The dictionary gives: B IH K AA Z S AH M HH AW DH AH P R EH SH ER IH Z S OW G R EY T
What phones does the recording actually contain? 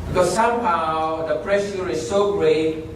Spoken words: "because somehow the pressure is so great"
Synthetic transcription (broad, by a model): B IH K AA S S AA M HH AW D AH P R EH S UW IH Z S OW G R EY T